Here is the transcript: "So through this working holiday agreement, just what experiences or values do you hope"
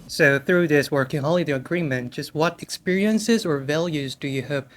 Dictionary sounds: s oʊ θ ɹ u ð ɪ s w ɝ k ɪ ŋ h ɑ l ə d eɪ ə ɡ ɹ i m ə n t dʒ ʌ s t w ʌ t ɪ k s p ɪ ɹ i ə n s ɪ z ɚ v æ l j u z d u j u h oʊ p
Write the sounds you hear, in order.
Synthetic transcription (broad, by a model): s oʊ θ ɹ u ð ɪ s w ɝ k ɪ ŋ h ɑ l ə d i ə ɡ ɹ i m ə n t dʒ ʌ s t w ʌ t ɪ k s p ɪ ɹ i ə n s ɪ z ɚ v æ l j u z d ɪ j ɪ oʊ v